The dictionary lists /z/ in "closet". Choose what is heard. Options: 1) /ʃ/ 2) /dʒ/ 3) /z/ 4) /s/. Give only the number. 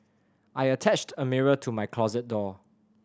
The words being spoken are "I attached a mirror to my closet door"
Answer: 3